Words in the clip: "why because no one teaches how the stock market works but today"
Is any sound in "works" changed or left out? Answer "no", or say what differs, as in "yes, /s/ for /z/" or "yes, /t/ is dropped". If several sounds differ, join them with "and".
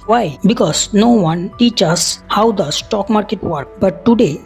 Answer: yes, /s/ is dropped